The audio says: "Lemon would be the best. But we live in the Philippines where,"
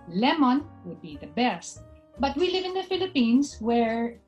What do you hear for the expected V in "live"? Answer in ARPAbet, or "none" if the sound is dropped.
V